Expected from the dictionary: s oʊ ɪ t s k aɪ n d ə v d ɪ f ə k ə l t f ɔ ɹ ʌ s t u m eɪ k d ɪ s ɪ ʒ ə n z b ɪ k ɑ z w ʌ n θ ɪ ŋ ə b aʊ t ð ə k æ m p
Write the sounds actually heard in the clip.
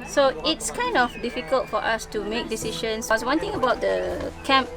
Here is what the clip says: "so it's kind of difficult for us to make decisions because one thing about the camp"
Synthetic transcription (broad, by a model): s oʊ ɪ t s k aɪ n d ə f d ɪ f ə k ə l t f ɔ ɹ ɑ s t u m eɪ k d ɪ s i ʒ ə n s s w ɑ n t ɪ ŋ ə b aʊ t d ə k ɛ m p